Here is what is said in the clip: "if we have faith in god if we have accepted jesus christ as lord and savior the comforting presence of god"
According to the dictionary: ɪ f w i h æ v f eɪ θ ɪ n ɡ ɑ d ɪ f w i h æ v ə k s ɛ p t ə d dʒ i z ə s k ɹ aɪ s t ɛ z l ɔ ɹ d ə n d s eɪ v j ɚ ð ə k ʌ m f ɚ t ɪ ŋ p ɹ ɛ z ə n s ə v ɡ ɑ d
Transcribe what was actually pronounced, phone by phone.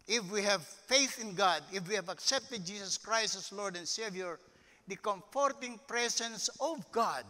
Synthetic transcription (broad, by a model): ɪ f w i h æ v f eɪ θ ɪ n ɡ ɑ d ɪ f w i h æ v ə k s ɛ p t ə d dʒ i s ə s k ɹ aɪ s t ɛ s l ɔ ɹ d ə n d s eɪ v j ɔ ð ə k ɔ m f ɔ t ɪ ŋ p ɹ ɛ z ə n s ə v ɡ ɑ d